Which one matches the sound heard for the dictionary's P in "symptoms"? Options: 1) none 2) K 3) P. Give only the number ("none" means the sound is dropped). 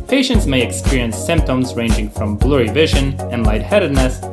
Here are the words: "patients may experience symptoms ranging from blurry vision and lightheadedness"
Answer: 3